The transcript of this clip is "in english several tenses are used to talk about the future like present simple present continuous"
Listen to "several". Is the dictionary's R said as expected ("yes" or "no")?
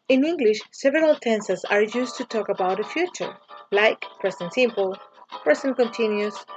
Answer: yes